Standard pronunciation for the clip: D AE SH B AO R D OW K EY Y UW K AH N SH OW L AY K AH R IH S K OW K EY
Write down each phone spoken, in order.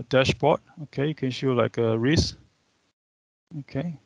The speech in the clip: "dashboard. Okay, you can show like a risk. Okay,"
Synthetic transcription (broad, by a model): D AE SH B AO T OW K EY Y UW K AH N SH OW L AY K AH R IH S OW K EY